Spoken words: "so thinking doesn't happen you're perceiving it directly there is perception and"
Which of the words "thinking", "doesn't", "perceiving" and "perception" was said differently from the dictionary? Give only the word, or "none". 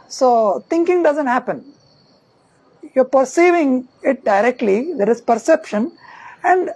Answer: thinking